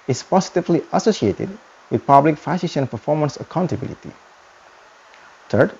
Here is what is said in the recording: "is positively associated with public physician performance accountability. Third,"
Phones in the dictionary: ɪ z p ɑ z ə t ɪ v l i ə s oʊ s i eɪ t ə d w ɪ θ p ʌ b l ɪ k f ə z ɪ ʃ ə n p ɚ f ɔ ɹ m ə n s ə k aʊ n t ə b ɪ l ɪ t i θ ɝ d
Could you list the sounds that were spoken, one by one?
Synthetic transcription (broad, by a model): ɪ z p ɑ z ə t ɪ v l i ə s oʊ s i eɪ t ə d w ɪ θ p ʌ b l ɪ k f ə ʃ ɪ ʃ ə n p ɚ f ɔ ɹ m ə n s ə k aʊ n t ə b ɪ l ɪ t i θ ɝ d